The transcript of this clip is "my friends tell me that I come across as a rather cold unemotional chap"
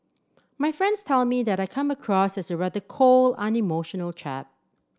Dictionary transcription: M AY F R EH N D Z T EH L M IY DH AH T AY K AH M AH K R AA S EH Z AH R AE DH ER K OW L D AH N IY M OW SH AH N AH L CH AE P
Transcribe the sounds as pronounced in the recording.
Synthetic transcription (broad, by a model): M AY F R EH N D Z T EH L M IY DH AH T AY K AH M AH K R AA S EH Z AH R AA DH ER K OW L AH N IY M OW SH AH N AH L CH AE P